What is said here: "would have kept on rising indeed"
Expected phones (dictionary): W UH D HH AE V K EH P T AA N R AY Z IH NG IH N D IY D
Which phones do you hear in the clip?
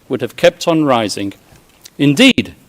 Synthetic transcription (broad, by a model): W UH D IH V K EH P T N R AY Z IH NG IH N D IY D